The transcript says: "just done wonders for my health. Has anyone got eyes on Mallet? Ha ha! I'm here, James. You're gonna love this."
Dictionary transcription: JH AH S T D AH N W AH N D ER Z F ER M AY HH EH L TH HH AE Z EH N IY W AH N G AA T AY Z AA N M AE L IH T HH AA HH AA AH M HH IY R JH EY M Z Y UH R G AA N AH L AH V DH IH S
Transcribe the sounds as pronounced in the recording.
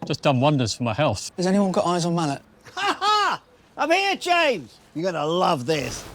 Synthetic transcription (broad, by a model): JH AH S D AH N W AH N D ER Z F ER M AY HH EH L TH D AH Z EH N IY W AH N G AA T AY Z N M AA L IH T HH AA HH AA AH M HH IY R JH EY M Z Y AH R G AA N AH L AH V DH IH S